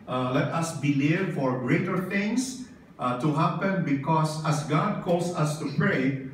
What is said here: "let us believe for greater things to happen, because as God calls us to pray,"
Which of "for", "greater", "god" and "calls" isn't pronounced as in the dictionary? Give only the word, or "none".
calls